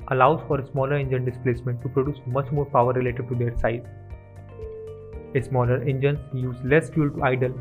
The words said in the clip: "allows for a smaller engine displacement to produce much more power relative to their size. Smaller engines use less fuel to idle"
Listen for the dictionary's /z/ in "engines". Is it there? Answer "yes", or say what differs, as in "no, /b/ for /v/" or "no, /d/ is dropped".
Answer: no, /z/ is dropped